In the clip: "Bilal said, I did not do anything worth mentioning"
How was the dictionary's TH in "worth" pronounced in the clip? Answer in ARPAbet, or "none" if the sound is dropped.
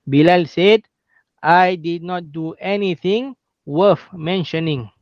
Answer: F